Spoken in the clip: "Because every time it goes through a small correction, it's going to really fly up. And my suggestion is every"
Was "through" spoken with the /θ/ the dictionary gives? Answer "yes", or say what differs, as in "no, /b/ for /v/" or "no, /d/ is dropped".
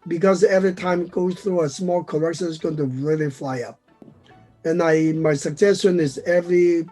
yes